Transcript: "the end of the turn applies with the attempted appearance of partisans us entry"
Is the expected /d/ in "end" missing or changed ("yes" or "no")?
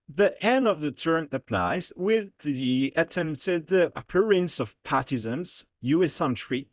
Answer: yes